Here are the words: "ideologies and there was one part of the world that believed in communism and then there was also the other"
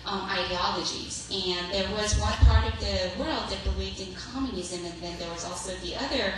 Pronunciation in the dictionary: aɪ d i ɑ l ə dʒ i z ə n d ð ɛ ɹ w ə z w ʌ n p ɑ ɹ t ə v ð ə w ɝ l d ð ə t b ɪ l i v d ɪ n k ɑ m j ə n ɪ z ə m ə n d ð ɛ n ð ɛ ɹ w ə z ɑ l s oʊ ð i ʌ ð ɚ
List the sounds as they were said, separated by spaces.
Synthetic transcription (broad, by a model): aɪ d i ɑ l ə dʒ i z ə n ð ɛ ɹ w ə z w ʌ n p ɑ ɹ t ə v ð ə w ɝ l d ð ə t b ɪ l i v d ɪ n k ɑ m j ə n ɪ z ə m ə n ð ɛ n ð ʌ ɹ w ə z ɑ l s oʊ ð i ʌ ð ɚ